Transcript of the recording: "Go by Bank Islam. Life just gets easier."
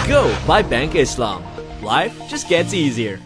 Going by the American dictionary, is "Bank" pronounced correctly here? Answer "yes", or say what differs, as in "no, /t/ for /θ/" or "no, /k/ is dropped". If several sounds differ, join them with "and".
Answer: yes